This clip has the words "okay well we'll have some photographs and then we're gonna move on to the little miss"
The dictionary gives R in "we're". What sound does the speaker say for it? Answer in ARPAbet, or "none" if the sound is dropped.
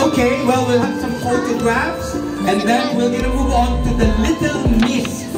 L